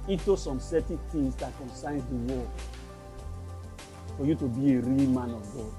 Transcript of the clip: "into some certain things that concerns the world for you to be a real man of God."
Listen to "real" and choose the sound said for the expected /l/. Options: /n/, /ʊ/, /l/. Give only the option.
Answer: /l/